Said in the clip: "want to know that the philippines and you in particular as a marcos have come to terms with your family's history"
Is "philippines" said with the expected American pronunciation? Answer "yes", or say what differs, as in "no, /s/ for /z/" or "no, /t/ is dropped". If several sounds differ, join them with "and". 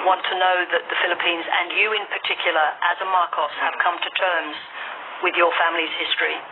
yes